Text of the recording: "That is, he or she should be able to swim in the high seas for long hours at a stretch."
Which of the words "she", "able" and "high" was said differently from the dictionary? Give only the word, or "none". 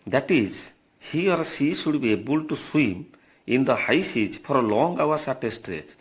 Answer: she